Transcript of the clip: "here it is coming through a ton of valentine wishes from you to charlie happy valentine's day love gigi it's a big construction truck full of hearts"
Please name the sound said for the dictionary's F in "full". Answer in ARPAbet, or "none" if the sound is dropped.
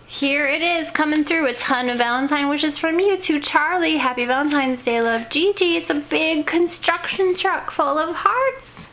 F